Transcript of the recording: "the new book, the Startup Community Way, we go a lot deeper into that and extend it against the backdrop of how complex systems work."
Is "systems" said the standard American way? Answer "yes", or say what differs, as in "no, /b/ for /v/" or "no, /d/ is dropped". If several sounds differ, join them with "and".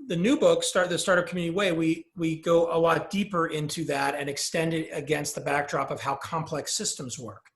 yes